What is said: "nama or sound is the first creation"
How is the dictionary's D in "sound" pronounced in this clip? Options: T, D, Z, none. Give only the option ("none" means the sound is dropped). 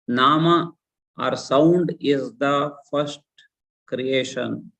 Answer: D